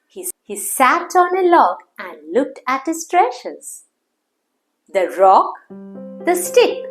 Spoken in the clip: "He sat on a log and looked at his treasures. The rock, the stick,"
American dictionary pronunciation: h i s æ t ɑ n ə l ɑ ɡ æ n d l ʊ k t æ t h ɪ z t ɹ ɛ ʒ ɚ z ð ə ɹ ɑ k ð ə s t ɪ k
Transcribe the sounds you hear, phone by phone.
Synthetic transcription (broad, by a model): h i s æ t ɑ n ə l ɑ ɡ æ n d l ʊ k t æ t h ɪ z t ɹ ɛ ʃ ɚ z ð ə ɹ ɑ k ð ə s t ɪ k